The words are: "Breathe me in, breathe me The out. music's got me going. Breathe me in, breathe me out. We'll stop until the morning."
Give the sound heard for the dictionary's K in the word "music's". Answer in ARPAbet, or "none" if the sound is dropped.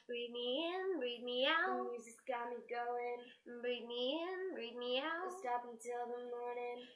none